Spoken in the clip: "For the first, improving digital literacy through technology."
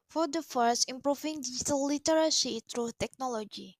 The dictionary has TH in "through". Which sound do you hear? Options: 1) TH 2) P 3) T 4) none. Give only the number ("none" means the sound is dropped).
3